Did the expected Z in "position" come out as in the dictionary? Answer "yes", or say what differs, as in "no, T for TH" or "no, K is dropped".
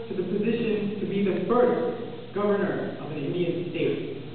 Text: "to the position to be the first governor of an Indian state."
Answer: yes